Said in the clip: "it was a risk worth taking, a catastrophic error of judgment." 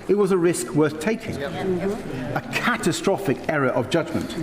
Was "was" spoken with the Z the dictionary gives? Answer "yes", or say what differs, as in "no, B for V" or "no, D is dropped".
yes